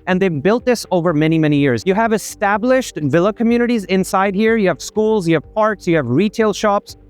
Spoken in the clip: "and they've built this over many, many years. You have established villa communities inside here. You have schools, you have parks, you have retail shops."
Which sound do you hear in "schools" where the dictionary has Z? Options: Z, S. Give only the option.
Z